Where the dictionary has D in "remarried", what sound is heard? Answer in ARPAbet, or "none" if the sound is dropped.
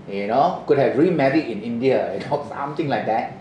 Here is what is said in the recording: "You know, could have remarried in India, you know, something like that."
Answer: none